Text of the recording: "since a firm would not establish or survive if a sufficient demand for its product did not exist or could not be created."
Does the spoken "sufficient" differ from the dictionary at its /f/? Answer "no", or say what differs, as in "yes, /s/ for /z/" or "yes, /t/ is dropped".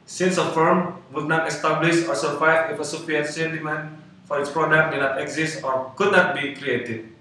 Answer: yes, /p/ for /f/